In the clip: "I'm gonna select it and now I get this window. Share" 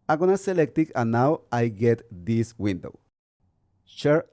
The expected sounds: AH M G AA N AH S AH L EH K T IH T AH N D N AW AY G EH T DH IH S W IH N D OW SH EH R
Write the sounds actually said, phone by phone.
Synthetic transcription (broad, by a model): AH G AA N AH S AH L EH K T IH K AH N N AW AY G EH T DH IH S W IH N D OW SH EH R